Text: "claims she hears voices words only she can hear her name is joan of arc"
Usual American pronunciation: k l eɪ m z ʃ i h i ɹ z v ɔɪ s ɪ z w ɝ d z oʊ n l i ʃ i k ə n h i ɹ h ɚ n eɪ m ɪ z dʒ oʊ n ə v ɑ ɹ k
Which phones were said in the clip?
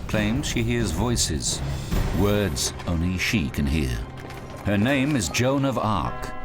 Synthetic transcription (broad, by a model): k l eɪ m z ʃ i h i ɹ z v ɔɪ s ɪ z w ɝ d z oʊ n l i ʃ i k ə n h i ɹ h ɚ n eɪ m ɪ z dʒ oʊ n ə v ɑ ɹ k